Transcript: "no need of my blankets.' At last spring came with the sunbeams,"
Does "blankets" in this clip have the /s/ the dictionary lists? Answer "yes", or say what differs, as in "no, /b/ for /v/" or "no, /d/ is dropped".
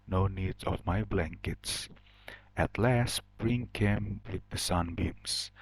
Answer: yes